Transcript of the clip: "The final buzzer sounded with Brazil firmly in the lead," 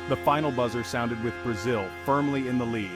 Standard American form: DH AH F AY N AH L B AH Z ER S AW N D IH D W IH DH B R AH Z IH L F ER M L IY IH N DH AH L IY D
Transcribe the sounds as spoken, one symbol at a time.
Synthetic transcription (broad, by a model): DH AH F AY N L B AH Z ER S AW N D IH D W IH DH B R AH Z IH L F ER M L IY IH N DH AH L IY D